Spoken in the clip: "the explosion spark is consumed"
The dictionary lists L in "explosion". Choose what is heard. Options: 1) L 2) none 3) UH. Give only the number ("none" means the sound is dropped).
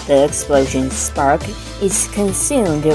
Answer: 1